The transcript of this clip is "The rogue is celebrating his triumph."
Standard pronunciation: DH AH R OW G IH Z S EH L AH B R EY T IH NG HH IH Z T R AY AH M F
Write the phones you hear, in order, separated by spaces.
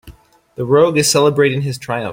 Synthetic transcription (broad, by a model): DH AH R OW G IH Z S EH L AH B R EY T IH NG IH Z T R AY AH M